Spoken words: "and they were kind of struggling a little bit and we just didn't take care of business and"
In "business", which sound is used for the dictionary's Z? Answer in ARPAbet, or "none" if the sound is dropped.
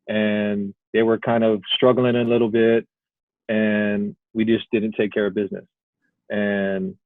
Z